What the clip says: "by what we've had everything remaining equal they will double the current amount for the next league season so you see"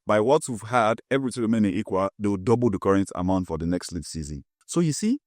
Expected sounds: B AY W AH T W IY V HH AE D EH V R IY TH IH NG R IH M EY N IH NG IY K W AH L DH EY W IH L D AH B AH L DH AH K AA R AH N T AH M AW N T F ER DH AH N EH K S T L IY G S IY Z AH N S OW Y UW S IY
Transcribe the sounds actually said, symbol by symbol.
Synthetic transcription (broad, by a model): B AY W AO T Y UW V HH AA D EH V R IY T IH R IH M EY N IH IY K W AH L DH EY W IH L D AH B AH L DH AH K AA R AH N T AH M AW N T F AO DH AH N EH K S T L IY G S IY Z AH N S OW Y UW S IY